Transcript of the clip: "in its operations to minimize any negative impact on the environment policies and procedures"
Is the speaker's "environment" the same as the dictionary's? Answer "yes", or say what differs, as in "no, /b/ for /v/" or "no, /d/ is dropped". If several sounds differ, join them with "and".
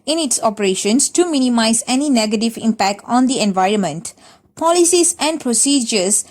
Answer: yes